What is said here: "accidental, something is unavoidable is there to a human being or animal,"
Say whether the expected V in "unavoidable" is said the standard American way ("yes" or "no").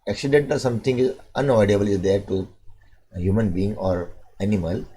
no